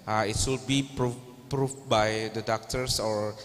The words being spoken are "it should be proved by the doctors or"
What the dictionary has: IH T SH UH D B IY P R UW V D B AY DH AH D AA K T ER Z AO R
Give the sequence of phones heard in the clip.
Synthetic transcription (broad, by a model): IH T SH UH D B IY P R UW P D B AY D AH D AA K T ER S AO R